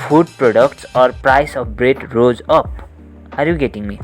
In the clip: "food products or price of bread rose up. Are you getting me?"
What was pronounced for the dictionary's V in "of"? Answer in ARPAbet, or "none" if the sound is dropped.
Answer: P